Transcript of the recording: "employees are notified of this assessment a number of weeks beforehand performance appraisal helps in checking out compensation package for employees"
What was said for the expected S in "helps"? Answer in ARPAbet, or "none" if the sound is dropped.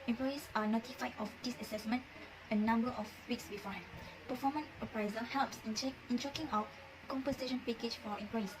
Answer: S